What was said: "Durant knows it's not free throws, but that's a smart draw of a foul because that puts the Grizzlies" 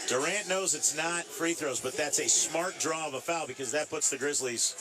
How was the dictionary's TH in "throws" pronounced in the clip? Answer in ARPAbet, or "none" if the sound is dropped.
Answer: TH